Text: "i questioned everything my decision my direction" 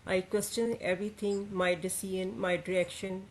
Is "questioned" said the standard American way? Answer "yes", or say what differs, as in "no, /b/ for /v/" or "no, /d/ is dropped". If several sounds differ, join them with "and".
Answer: no, /d/ is dropped